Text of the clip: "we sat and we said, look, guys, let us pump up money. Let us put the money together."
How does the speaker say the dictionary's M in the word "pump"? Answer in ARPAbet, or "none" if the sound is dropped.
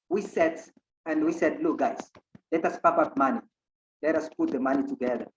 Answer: none